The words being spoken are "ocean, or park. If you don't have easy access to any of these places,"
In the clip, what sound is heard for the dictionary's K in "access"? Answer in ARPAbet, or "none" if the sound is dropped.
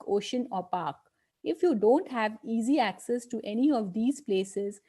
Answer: K